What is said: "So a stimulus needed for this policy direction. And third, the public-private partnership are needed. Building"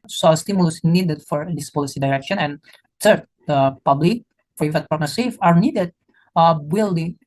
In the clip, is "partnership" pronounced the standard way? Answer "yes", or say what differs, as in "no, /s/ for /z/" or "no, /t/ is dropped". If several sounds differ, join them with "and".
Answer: no, /s/ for /ʃ/